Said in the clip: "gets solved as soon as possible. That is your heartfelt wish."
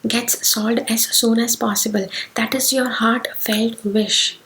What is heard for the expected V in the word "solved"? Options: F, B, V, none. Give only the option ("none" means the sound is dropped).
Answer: none